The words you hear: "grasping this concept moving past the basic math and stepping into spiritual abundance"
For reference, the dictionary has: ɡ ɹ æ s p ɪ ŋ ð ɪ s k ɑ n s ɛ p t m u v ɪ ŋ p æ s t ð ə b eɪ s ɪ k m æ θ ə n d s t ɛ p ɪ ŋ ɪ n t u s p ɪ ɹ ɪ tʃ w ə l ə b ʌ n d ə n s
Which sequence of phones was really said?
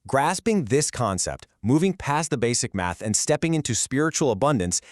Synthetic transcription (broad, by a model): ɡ ɹ æ s p ɪ ŋ ð ɪ s k ɑ n s ɛ p t m u v ɪ ŋ p æ s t ð ə b eɪ s ɪ k m æ θ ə n s t ɛ p ɪ ŋ ɪ n t u s p ɪ ɹ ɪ tʃ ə l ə b ʌ n d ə n s